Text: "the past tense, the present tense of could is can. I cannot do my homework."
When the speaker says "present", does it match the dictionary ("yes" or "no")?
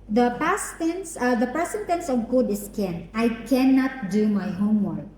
no